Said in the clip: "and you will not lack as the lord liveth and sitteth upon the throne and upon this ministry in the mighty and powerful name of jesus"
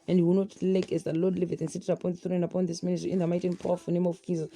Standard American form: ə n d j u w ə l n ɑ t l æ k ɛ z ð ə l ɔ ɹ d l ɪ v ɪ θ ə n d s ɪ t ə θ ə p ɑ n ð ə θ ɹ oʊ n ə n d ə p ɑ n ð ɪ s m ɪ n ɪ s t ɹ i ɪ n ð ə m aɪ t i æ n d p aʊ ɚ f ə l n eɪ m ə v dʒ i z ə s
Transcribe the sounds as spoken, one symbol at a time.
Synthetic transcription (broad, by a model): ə n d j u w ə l n ɑ t l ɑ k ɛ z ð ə l ɔ d l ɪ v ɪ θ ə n s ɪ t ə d ə p ɑ n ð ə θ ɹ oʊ ə n d ə p ɑ n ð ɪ s m ɪ n ɪ s t ɹ i ɪ n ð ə m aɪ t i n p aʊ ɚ f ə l n eɪ m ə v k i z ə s